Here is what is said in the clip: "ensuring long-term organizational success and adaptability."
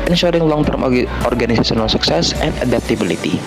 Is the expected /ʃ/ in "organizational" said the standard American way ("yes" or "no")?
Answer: no